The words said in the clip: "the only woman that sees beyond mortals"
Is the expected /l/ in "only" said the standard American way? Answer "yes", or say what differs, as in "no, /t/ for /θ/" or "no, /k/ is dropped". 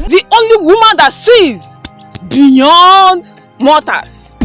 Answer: yes